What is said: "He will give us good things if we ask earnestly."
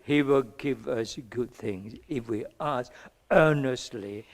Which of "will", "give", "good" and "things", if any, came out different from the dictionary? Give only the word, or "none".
none